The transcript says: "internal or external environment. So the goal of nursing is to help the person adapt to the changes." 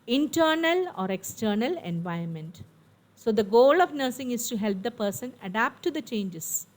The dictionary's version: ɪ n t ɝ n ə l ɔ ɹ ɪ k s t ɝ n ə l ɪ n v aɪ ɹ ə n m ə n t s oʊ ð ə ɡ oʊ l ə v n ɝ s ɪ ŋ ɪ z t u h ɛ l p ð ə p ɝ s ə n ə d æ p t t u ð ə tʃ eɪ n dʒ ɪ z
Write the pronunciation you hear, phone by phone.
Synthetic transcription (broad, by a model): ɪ n t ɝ n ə l ɔ ɹ ɪ k s t ɝ n ə l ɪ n v aɪ ə n m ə n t s oʊ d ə ɡ oʊ l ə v n ɝ s ɪ ŋ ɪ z t u h ɛ l p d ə p ɝ s ə n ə d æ p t t u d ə tʃ eɪ n dʒ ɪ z